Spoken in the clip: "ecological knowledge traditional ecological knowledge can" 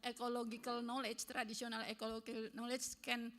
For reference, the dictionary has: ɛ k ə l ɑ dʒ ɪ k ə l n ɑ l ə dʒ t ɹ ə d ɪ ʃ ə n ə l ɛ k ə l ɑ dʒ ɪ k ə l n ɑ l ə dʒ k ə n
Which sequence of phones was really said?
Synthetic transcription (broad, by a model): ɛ k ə l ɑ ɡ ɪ k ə l n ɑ l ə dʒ t ɹ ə d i s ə n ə l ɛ k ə l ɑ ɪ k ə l n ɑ l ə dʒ k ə n